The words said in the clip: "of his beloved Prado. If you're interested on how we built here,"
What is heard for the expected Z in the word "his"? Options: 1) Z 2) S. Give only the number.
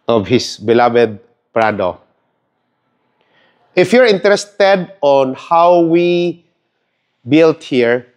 2